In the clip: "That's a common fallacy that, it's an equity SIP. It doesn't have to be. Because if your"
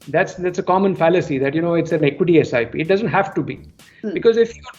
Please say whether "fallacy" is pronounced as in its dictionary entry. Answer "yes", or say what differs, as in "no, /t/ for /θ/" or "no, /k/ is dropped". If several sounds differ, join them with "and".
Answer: yes